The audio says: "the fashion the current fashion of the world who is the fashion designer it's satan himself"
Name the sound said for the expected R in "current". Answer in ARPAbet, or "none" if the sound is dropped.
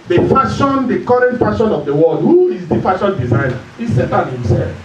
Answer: R